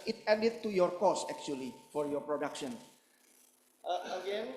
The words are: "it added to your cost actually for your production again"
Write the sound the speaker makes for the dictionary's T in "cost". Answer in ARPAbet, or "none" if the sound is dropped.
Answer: none